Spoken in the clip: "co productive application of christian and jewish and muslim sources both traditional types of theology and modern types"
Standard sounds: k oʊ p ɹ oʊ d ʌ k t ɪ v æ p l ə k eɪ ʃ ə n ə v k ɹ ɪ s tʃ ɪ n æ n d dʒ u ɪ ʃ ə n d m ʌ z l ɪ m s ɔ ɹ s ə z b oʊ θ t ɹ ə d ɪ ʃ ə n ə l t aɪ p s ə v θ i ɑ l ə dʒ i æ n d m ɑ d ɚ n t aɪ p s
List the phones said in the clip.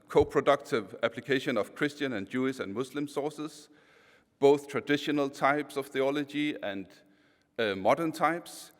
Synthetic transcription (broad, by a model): k oʊ p ɹ oʊ d ʌ k t ɪ v æ p l ə k eɪ ʃ ə n ə v k ɹ ɪ s tʃ ɪ n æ n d dʒ u ɪ ʃ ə n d m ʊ s l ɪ m s ɔ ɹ s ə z b oʊ θ t ɹ ə d ɪ ʃ ə n ə l t aɪ p s ə v θ i ɑ l ə dʒ i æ n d m ɑ d ɚ n t aɪ p s